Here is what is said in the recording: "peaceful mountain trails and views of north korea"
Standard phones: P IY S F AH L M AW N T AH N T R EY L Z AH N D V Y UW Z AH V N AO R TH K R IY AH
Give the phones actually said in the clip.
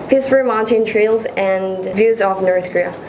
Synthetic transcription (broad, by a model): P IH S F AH M AW N T AH N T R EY L Z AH N V Y UW Z AH V N AO R TH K R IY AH